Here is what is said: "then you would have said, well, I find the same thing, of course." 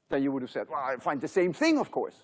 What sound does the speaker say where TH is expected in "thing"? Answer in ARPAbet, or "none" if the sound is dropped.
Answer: TH